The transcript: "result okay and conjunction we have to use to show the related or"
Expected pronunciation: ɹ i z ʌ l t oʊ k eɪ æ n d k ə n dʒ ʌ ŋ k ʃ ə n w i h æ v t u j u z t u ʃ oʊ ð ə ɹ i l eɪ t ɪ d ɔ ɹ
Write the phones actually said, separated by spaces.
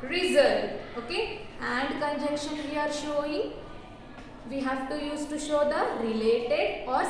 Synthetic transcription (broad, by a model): ɹ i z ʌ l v oʊ k eɪ æ n d k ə n dʒ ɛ k ʃ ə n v i h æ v t u j u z t u ʃ oʊ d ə ɹ i l eɪ t ɪ d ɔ ɹ